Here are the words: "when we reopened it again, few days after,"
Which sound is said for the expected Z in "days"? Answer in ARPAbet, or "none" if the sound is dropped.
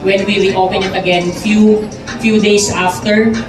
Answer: S